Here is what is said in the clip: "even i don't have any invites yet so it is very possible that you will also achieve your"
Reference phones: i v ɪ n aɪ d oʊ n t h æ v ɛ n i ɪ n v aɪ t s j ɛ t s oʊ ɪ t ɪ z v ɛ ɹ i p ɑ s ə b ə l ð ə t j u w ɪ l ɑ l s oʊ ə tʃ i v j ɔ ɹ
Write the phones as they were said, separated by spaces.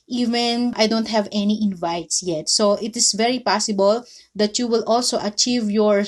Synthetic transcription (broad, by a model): i v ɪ n aɪ d oʊ n t h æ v ɛ n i ɪ n v aɪ t s j ɛ t s oʊ ɪ t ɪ s v ɛ ɹ i p ɑ s ə b ə l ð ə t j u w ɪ l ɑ l s oʊ ə tʃ i v j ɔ ɹ